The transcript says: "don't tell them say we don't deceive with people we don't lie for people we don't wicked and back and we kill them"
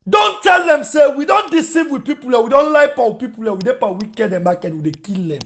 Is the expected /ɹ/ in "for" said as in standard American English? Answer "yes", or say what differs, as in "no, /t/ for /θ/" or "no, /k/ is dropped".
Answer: no, /w/ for /ɹ/